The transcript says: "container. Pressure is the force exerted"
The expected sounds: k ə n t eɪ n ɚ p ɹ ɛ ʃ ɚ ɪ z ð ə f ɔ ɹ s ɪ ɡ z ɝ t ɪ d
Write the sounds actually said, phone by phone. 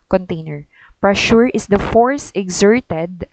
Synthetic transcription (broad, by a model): k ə n t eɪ n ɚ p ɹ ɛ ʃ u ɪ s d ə f ɔ ɹ s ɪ ɡ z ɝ t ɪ d